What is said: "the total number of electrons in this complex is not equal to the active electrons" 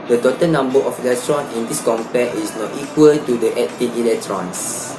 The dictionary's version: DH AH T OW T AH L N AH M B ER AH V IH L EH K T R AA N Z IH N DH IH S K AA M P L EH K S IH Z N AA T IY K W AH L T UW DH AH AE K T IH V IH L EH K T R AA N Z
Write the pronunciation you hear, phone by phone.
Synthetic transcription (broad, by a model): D AH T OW T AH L N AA M B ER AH F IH L EH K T R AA N IH N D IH S K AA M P EH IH S N AA T IY K W AH L T UW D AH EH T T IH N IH L EH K T R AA N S